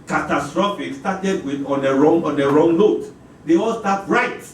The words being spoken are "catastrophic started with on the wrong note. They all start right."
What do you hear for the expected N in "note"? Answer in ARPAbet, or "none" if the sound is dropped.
L